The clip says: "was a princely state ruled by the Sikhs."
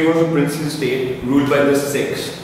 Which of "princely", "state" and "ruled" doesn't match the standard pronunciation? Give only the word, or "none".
princely